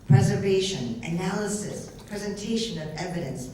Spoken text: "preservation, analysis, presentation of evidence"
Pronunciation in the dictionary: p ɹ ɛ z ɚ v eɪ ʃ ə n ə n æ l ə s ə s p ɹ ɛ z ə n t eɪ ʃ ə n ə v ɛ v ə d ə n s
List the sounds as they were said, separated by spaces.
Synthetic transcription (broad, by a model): p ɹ ɛ z ɚ v eɪ ʃ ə n ə n æ l ə s ə s p ɹ ɛ z ə n t eɪ ʃ ə n ə v ɛ v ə d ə n s